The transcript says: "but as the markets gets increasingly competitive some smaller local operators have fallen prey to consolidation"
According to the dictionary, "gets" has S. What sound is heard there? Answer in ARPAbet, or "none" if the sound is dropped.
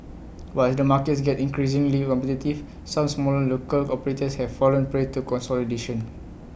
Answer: none